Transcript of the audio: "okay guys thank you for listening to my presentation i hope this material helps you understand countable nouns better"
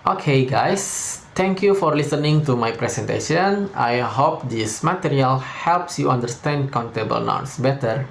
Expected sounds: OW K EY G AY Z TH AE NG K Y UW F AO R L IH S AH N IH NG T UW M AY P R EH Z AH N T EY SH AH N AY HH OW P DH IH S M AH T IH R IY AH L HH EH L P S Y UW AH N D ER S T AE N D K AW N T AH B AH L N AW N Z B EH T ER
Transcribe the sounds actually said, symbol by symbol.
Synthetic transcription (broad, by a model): OW K EY G AY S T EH NG K Y UW F AO R L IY S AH N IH NG T UW M AY P R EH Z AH N T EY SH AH N AY HH OW P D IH S M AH T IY R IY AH L HH EH L P S Y UW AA N D ER S T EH N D K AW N T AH B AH L N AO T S B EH T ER